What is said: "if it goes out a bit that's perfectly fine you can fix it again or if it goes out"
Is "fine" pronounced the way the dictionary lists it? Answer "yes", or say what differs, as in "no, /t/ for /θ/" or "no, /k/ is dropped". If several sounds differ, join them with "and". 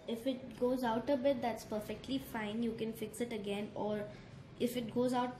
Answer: yes